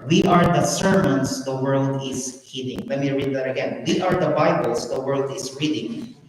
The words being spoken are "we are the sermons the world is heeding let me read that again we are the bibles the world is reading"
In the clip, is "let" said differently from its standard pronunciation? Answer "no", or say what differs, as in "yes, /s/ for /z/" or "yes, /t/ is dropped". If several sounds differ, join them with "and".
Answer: yes, /w/ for /l/